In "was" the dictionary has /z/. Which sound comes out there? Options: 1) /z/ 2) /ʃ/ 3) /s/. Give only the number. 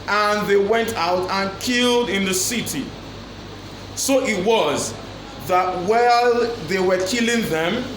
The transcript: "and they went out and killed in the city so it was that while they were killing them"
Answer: 1